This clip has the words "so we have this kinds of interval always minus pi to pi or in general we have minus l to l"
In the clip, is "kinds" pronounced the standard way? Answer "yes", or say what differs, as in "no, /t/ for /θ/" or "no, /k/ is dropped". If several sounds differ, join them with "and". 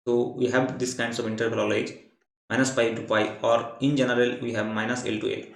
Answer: no, /s/ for /z/